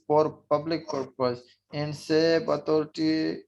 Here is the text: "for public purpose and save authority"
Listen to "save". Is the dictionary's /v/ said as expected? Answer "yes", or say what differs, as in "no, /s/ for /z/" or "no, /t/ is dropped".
no, /b/ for /v/